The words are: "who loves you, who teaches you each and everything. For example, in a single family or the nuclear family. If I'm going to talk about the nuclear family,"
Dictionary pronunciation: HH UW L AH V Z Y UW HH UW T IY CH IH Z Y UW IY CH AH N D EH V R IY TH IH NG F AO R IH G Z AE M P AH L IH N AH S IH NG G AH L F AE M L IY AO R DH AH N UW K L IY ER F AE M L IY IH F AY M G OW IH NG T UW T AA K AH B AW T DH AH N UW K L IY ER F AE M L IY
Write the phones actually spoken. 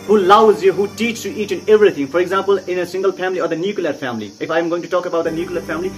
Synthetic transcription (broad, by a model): HH UW L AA W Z Y UW HH UW T IY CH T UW IY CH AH N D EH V R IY T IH NG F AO R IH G Z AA M P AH L IH N AH S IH NG G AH L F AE M L IY AO R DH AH N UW K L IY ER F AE M L IY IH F AY M G OW IH NG T UW T AA K AH B AW T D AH N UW K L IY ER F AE M L IY